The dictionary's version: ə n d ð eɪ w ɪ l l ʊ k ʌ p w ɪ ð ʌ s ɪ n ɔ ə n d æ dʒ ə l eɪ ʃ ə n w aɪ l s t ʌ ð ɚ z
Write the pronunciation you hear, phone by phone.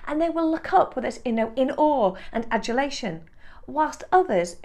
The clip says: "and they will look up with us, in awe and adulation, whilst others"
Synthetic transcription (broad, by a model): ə n ð eɪ w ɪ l l ʊ k ʌ p w ɪ ð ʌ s ɪ n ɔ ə n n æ dʒ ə l eɪ ʃ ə n w aɪ l s t ʌ ð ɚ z